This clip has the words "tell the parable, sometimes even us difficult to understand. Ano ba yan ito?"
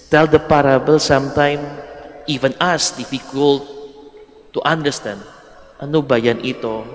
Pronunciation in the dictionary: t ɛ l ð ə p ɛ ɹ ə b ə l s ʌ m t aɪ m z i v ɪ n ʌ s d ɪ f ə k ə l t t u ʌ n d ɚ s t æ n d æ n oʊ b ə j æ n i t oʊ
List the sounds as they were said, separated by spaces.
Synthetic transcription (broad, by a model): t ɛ l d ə p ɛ ɹ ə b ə l s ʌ m t aɪ m i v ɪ n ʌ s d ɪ f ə k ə l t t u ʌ n d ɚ s t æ n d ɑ n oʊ b ə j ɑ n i t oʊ